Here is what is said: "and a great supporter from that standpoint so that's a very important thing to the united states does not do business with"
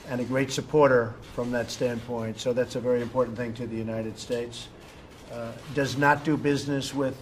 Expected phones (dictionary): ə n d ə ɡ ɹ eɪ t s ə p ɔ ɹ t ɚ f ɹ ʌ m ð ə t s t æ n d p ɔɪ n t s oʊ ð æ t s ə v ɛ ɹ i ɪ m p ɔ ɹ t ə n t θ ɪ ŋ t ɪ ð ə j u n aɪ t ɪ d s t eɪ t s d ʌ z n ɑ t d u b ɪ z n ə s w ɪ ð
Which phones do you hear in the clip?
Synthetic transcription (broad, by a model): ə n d ə ɡ ɹ eɪ t s ə p ɔ ɹ t ɚ f ɹ ʌ m ð ə t s t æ n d p ɔɪ n t s oʊ ð æ t s ə v ɛ ɹ i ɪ m p ɔ ɹ t n θ ɪ ŋ t ɪ ð ə j u n aɪ t ɪ d s t eɪ t s d ʌ z n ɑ t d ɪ b ɪ z n ə s w ɪ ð